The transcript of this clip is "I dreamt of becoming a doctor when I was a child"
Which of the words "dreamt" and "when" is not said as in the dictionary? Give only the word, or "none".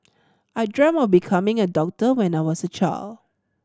dreamt